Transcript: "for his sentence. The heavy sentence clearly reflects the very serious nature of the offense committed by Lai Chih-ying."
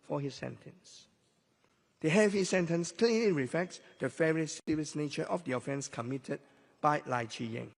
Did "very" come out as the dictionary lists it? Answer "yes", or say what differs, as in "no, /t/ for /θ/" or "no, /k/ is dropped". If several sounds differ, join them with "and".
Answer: no, /f/ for /v/